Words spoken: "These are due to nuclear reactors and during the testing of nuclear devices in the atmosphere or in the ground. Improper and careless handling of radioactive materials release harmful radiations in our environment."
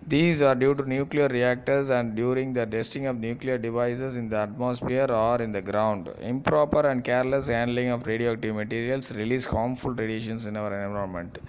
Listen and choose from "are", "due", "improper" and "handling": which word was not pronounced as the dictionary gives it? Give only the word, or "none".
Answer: none